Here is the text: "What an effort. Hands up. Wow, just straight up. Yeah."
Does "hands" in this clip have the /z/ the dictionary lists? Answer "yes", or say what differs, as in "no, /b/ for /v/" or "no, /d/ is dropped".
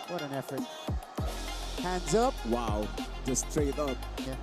yes